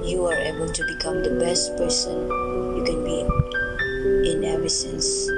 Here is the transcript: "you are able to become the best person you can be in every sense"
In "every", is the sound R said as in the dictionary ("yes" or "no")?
no